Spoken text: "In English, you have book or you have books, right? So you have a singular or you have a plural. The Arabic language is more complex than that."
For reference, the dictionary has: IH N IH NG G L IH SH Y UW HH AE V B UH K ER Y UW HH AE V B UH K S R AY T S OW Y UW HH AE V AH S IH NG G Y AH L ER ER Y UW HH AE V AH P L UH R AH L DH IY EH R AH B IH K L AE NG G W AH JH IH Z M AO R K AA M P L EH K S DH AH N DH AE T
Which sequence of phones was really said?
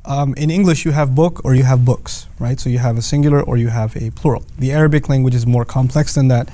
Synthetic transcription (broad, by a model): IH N IH NG G L IH SH Y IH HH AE V B UH K ER Y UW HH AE V B UH K S R AY T S OW Y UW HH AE V AH S IH NG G Y L ER ER Y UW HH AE V AH P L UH R L DH IY EH R AH B IH K L AE NG G W AH JH IH Z M AO R K AA M P L EH K S DH AH N DH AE T